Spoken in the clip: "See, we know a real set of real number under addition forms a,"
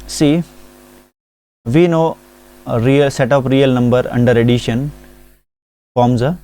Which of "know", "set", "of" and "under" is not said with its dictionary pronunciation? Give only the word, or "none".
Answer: of